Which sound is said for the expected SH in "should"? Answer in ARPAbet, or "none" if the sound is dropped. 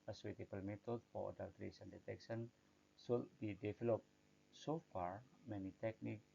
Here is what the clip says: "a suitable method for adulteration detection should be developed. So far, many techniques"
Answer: S